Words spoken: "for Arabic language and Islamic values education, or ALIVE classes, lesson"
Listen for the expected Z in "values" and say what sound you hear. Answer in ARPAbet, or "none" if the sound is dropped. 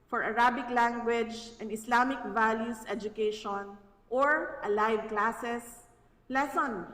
S